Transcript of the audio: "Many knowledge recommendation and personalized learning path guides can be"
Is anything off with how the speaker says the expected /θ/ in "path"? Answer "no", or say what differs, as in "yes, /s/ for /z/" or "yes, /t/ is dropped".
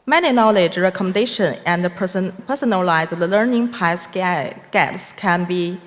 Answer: yes, /s/ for /θ/